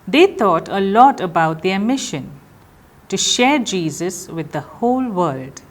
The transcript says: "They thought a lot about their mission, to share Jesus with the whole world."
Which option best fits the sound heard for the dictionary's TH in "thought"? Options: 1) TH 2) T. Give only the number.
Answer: 2